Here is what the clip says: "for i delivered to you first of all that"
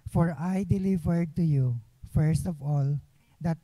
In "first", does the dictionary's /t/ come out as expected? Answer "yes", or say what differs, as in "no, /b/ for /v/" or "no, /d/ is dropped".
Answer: yes